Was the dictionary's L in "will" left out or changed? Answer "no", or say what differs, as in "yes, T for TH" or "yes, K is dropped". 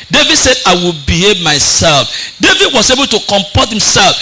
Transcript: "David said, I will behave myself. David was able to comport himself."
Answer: no